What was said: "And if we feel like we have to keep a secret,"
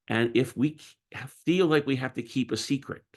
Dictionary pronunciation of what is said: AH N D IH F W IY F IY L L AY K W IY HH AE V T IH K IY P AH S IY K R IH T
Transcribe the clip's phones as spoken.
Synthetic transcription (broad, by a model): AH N IH F W IY F IY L L AY K W IY HH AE F T IH K IY P AH S IY K R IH T